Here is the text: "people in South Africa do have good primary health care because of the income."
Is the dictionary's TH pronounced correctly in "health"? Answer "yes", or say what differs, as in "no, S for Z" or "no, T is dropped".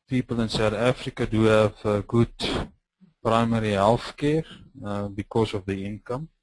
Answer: no, F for TH